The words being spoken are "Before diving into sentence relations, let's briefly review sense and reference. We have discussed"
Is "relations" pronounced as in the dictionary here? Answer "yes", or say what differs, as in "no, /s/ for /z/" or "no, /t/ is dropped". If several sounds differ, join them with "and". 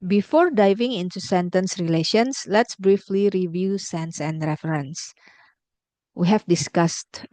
no, /s/ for /z/